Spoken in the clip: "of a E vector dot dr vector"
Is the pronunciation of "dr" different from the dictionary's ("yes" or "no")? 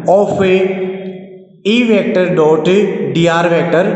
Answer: yes